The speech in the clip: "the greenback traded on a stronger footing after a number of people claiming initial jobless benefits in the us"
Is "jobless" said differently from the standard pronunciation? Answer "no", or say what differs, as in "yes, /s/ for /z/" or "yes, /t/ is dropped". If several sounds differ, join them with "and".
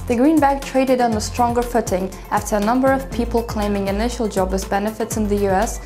yes, /l/ is dropped